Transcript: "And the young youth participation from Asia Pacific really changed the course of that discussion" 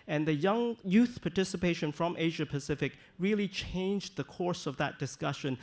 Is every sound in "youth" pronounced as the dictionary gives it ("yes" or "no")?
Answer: yes